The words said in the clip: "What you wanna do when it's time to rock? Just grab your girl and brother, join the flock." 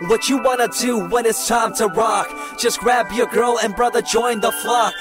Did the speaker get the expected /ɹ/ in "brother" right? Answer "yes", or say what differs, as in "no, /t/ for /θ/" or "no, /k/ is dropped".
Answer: yes